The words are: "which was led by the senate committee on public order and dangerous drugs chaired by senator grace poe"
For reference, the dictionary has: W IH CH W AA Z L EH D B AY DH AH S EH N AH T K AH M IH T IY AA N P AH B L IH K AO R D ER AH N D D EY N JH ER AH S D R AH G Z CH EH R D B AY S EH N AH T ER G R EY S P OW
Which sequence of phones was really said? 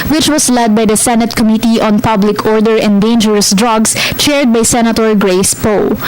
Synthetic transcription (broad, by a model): W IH CH W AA S L EH D B AY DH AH S EH N AH T K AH M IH T IY AA N P AH B L IH K AO R D ER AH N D D EY N JH ER AH S D R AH G S CH EH R D B AY S EH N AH T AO G R EY S P OW